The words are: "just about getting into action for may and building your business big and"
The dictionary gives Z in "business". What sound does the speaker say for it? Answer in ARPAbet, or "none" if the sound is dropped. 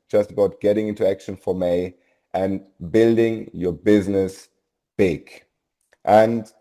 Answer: Z